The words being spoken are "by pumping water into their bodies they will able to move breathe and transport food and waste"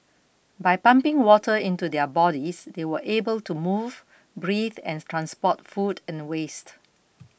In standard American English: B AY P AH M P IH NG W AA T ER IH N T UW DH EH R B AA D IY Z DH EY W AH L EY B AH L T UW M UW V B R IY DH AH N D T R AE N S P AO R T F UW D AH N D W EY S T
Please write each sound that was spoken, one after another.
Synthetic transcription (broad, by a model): B AY P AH M P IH NG W AA T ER IH N T UW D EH B AA D IY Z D EY W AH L EY B AH L T UW M UW V B R IY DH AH N T R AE N S P AO T F UW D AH N W EY S T